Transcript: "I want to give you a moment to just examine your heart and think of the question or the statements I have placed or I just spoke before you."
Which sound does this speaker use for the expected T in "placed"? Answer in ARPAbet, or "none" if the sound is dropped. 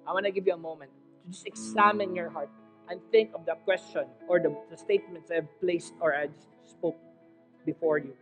T